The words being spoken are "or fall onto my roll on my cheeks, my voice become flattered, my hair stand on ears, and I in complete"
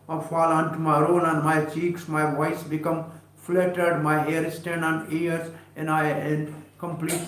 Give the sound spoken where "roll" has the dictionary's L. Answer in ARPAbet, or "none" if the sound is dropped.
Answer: N